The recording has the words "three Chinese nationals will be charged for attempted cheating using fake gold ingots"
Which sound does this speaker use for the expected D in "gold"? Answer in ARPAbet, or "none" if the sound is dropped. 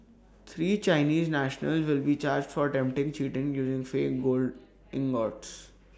D